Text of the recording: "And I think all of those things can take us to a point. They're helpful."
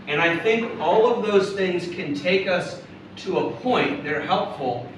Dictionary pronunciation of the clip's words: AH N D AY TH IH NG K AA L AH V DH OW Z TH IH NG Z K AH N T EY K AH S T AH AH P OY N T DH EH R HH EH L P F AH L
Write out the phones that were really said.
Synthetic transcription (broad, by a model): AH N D AY TH IH NG K AA L AH V DH OW Z TH IH NG Z K AH N T EY K AH S T AH AH P OY N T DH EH R HH EH L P F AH L